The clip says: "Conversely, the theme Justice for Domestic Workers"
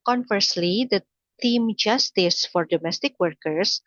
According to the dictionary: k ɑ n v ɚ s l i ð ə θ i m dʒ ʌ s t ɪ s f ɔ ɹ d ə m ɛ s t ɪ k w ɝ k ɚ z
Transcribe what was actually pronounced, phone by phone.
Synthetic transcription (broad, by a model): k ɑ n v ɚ s l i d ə t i m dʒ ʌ s t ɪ s f ɔ ɹ d ə m ɛ s t ɪ k w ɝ k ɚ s